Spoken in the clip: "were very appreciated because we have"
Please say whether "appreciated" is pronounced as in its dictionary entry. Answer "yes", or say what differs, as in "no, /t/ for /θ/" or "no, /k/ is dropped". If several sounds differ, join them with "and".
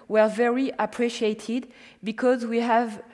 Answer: yes